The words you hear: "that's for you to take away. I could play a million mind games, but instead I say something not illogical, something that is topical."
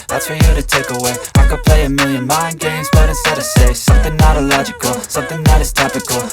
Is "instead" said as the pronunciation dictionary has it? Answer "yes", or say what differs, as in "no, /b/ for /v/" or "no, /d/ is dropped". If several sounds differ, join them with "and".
no, /n/ is dropped